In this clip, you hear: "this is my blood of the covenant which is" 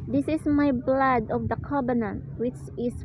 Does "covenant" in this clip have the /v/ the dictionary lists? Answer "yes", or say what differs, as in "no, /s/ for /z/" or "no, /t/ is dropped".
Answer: no, /b/ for /v/